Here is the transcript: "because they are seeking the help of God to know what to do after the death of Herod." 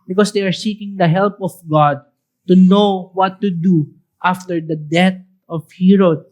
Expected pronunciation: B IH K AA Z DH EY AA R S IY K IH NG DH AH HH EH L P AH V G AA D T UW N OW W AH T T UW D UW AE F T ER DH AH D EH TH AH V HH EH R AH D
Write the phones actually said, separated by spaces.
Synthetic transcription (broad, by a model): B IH K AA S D EY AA R S IY K IH NG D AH HH EH L P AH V G AA D T UW N OW W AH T T UW D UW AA F T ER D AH D EH T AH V HH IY R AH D